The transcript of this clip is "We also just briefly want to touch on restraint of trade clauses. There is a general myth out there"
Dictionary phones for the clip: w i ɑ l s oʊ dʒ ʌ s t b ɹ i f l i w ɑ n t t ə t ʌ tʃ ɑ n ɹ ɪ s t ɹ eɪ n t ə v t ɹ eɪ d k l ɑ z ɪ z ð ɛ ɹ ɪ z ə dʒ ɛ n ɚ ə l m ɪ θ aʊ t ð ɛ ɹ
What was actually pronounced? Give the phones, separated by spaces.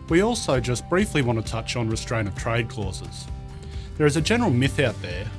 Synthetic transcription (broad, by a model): w i ɑ l s oʊ dʒ ʌ s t b ɹ i f l i w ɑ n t t ə t ʌ tʃ n ɹ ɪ s t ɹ eɪ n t ə v t ɹ eɪ d k l ɑ z ɪ z ð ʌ ɹ ɪ z ə dʒ ɛ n ɚ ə l m ɪ θ aʊ t ð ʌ ɹ